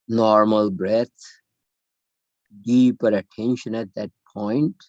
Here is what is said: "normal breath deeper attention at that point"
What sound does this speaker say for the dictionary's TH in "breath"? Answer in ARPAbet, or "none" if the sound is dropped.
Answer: T